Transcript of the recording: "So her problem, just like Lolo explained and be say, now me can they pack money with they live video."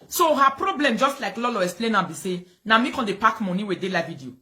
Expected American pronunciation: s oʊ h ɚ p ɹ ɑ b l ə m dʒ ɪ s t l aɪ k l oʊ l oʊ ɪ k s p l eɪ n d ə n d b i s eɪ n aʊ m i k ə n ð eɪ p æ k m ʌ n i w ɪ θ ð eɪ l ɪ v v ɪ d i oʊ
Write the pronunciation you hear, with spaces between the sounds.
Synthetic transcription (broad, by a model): s oʊ h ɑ p ɹ ɑ b l ə m dʒ ɪ s t l aɪ k l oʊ l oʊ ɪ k s p l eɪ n ə b i s eɪ n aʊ m i k ə n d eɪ p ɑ k m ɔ n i w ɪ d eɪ l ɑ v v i d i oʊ